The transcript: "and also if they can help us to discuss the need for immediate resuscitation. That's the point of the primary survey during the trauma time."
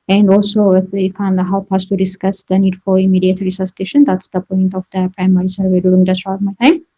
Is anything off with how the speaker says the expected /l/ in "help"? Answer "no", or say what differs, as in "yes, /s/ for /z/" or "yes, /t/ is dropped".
yes, /w/ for /l/